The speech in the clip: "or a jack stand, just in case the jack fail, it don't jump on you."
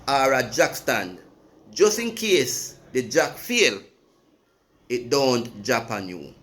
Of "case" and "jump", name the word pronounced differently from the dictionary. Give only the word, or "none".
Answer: jump